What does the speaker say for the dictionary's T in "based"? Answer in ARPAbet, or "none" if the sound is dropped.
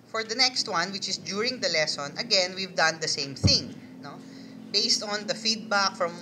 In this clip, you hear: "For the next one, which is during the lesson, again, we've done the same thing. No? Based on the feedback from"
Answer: T